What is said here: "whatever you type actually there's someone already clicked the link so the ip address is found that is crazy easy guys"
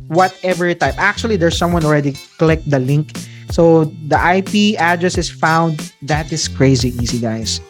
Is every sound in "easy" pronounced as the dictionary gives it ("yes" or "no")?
no